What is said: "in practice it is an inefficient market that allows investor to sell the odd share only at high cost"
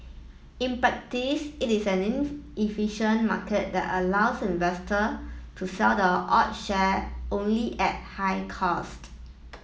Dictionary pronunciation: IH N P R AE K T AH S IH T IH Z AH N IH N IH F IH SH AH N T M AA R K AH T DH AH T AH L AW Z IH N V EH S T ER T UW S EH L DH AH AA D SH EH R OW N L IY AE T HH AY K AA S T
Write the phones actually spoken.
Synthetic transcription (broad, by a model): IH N P R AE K T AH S IH T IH S AH N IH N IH F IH SH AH N M AA K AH T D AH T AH L AW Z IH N V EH S T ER T UW S EH L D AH AA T SH EH OW N L IY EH T HH AY K AA S T